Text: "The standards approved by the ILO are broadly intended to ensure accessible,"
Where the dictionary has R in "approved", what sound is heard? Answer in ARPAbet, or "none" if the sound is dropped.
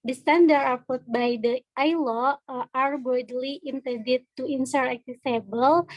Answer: none